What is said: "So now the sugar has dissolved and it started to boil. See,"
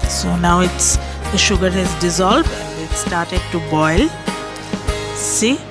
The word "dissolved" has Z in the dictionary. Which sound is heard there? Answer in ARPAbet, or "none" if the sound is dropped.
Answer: Z